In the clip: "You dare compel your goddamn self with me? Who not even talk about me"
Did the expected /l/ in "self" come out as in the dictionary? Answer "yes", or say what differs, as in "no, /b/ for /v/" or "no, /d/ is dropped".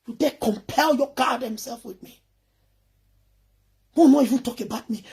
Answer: yes